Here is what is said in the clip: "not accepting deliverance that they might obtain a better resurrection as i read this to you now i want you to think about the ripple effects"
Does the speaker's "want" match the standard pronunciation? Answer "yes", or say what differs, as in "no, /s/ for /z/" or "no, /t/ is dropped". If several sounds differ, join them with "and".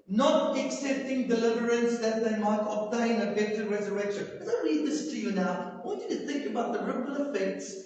no, /n/ is dropped